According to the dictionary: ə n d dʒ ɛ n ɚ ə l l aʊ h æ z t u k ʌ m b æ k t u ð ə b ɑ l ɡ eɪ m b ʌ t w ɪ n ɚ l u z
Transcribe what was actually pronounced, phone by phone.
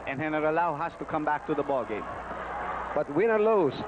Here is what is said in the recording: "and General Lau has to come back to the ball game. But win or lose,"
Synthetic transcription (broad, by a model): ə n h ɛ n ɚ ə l l aʊ h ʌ s t u k ʌ m b æ k t u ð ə b ɑ l ɡ eɪ m b ʌ t w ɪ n ɚ l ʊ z